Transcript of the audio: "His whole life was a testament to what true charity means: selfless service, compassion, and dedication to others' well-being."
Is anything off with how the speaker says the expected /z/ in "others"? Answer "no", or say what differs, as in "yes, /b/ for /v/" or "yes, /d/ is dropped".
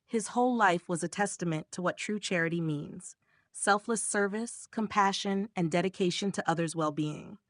no